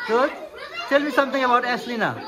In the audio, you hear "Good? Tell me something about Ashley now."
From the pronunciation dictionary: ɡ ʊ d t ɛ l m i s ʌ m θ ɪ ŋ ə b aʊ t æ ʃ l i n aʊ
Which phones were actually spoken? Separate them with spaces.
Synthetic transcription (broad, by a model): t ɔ t ɛ l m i s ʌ m t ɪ ŋ ə b aʊ t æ s l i n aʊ